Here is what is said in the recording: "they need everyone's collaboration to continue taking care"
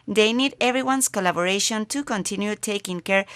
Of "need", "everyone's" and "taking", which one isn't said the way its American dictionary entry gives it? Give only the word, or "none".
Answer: everyone's